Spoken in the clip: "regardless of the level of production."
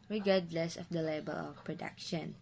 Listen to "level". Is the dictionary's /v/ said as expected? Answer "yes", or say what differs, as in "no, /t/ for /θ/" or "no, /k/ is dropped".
no, /b/ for /v/